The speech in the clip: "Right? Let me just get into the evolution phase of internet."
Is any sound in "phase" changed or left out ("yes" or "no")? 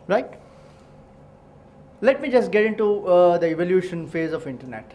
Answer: no